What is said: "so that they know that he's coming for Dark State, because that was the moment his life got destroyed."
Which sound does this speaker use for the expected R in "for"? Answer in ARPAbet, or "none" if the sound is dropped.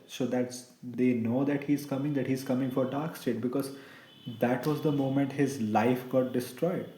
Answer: R